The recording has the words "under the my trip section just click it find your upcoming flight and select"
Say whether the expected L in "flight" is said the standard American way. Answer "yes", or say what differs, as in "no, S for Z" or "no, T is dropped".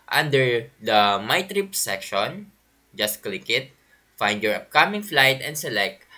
yes